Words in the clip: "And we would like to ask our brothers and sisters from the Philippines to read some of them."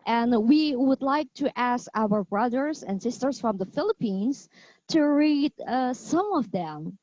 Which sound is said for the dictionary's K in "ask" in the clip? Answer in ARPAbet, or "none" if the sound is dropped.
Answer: K